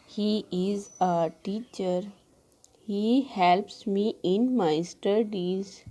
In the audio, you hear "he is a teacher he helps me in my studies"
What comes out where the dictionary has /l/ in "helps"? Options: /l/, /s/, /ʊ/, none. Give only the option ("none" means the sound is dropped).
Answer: /l/